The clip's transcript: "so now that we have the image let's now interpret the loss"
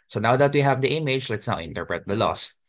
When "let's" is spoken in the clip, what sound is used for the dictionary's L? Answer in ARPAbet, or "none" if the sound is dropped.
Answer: L